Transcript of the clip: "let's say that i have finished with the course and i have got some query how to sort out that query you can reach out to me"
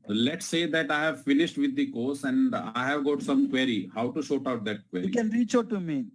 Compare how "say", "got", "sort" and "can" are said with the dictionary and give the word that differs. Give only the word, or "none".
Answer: sort